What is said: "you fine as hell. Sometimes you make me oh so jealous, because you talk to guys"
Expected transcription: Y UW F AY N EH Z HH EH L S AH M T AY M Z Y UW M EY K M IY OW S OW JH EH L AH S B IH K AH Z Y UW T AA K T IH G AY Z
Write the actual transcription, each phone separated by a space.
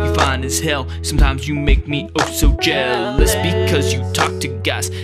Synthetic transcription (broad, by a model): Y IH F AY N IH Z HH EH L S AH M T AY M Z Y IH M EY K M IY OW S OW JH EH L AH S B IH K AH Z Y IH T AA K T IH G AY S